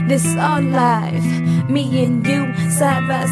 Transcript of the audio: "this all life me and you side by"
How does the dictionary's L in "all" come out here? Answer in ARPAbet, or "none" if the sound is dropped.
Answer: N